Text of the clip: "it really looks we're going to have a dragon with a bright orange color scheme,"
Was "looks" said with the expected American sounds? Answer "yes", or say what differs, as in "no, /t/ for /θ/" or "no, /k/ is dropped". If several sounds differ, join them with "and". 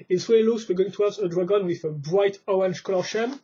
no, /k/ is dropped